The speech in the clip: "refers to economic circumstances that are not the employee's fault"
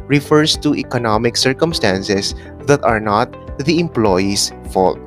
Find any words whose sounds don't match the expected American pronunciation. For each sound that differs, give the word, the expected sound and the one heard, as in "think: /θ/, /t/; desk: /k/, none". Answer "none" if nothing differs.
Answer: circumstances: /z/, /s/; employee's: /z/, /s/